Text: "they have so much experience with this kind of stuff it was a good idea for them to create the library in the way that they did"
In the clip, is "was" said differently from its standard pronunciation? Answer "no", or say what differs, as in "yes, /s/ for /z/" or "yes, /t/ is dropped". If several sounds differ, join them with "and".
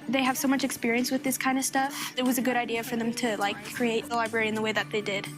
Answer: no